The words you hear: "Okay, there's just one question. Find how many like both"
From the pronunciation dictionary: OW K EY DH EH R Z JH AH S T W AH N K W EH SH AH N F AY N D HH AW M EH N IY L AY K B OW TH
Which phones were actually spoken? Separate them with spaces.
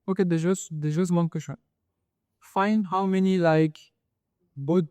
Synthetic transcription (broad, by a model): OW K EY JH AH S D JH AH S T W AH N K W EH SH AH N F AY N D HH AW M EH N IY L AY K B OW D